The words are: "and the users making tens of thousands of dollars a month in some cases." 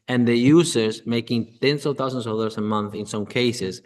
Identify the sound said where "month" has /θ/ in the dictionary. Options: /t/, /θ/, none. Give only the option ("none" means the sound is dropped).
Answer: /θ/